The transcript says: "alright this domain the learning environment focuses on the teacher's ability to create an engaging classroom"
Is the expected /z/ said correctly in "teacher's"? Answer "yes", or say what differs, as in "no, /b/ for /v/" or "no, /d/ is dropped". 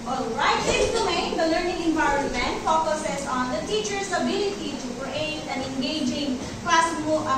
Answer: no, /s/ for /z/